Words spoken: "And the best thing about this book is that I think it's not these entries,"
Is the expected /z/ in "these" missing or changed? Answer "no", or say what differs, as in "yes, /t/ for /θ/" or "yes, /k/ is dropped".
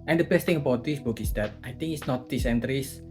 yes, /s/ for /z/